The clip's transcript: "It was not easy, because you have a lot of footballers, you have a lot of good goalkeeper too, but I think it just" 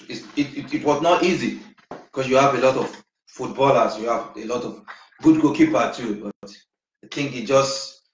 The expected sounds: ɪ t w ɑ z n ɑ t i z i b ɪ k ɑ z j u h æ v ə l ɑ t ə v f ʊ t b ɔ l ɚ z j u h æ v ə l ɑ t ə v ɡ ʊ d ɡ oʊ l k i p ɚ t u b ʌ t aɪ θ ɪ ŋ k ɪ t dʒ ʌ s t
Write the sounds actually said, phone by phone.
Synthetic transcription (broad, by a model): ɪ t w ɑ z n ɑ t i z i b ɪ k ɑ s j u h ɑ v ə l ɑ t ə v f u t b ɔ l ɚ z j u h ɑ v ə l ɑ t ə v ɡ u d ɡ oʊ k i p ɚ t u b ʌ t aɪ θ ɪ ŋ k ɪ t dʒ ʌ s t